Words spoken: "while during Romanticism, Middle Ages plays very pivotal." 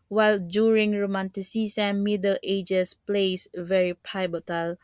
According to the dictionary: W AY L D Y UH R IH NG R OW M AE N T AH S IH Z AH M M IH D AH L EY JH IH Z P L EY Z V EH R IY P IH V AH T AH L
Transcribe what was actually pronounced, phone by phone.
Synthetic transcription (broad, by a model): W AY L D Y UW R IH NG R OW M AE N T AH S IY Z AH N M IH D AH L EY JH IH S P L EY S V EH R IY P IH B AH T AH L